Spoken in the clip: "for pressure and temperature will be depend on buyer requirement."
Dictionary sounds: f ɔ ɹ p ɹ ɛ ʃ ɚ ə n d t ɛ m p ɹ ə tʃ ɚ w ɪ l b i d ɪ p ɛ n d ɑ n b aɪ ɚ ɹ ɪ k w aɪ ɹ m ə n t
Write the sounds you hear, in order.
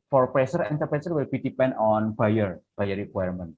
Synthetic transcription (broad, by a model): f ɔ ɹ p ɹ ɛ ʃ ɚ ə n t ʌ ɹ p ɹ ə s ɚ w ɪ l b i d ɪ p ɛ n d ɑ n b aɪ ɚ ɹ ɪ k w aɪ ɹ m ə n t